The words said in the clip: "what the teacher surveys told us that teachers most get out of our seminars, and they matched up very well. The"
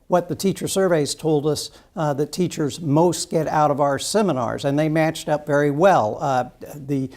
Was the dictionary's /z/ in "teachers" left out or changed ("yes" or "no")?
no